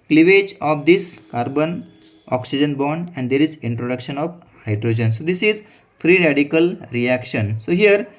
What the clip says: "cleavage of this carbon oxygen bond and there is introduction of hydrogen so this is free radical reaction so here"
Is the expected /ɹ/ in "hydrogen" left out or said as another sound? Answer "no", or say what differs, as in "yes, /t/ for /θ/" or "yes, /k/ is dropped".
no